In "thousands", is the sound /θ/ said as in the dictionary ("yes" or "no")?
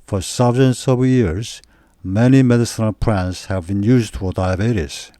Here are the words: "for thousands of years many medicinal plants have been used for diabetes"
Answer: no